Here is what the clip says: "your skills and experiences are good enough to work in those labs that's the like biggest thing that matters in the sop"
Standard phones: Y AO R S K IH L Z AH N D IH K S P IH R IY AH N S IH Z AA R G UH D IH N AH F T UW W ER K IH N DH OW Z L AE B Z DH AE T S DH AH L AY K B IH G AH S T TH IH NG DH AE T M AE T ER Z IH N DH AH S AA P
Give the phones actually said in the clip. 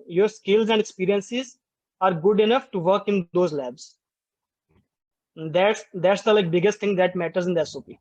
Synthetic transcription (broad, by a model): Y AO R S K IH L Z AH N D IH K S P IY R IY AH N S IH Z AA R G UH D IH N AH F T UW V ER K IH N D OW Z L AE B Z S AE T S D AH L AY K B IH G AH S T T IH NG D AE T M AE T ER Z IH N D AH S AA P